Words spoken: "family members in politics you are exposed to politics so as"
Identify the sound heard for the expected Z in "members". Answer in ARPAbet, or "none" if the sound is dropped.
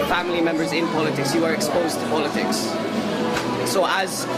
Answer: Z